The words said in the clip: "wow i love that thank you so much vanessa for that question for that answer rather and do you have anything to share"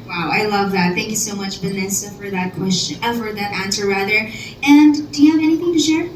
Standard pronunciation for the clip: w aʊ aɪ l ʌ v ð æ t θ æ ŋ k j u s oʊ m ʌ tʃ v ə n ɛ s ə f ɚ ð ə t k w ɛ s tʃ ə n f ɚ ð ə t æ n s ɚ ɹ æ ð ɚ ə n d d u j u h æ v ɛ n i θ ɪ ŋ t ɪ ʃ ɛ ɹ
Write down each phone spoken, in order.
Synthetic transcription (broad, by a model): w aʊ aɪ l ʌ v ð æ t θ æ ŋ k j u s oʊ m ʌ tʃ b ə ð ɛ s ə f ɚ ð ə t k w ɛ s tʃ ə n f ɚ ð ə t æ n s ɚ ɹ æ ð ɚ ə n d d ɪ j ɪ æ v ɛ n i θ ɪ ŋ t ɪ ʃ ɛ ɹ